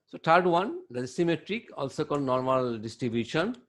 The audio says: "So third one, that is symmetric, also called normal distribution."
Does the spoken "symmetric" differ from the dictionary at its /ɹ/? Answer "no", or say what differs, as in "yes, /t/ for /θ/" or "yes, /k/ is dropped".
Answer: no